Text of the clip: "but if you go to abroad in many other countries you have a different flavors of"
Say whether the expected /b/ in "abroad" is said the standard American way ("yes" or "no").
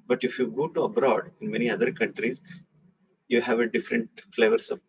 yes